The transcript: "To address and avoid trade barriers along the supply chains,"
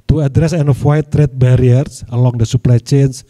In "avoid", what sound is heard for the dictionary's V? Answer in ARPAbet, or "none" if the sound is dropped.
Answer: W